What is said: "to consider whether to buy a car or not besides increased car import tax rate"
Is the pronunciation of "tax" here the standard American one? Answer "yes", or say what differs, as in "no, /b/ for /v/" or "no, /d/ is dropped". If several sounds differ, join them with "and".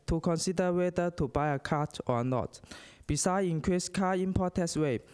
no, /k/ is dropped